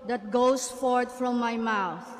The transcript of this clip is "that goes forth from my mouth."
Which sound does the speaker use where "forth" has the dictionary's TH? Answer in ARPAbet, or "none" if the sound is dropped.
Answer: T